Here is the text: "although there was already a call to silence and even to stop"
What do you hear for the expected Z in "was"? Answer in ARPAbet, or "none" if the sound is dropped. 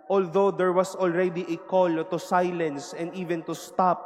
S